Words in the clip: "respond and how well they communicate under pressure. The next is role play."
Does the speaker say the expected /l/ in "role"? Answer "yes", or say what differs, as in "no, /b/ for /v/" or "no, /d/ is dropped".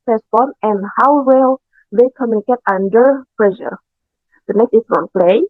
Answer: no, /n/ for /l/